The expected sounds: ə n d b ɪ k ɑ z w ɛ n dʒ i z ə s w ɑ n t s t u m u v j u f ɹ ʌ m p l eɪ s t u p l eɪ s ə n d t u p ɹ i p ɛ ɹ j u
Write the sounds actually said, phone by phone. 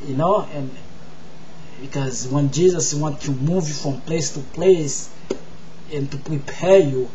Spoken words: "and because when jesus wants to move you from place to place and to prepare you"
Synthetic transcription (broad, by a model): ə n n b ɪ k ɑ z w ɛ n dʒ i z ə s w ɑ n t t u m u v j u f ɹ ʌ m p l eɪ s t u p l eɪ s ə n t u p ɹ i p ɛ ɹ j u